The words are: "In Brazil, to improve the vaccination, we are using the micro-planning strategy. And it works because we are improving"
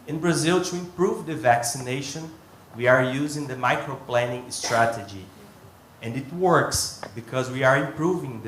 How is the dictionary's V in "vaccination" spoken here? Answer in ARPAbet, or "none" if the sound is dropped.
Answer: V